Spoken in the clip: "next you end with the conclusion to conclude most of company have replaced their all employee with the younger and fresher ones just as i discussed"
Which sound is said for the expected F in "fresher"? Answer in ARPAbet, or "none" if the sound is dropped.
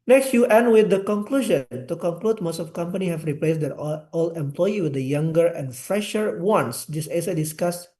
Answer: F